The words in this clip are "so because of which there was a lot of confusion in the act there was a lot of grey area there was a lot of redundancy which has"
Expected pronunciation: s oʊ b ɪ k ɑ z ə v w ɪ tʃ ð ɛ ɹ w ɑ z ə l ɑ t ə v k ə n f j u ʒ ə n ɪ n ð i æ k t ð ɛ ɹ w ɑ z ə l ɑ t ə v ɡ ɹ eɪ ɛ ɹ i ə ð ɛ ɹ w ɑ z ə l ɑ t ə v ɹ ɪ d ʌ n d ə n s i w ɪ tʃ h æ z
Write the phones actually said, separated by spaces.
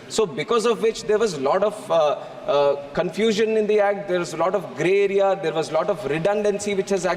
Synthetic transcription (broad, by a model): s oʊ b ɪ k ɑ z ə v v ɪ tʃ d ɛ ɹ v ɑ z ə l ɑ t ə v k ə n f j u ʒ ə n ɪ n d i æ k t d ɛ ɹ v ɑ z ə l ɑ t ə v ɡ ɹ eɪ ɛ ɹ i ə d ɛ ɹ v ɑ z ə l ɑ t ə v ɹ ɪ d ʌ n d ə n s i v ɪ tʃ h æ z